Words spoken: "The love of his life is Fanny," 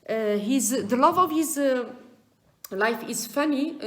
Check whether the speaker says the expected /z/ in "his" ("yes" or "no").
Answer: yes